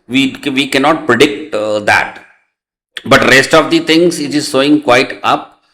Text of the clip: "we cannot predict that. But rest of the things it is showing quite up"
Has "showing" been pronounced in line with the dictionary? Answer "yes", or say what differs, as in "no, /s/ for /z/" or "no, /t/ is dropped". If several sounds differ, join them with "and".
no, /s/ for /ʃ/